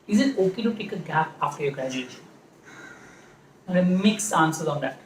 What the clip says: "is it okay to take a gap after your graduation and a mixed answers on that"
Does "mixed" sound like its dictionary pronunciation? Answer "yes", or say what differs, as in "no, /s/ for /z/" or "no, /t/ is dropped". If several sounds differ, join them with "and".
no, /t/ is dropped